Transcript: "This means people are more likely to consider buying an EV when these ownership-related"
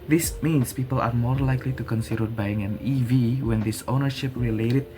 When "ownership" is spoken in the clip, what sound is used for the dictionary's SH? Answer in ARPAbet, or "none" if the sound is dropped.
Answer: SH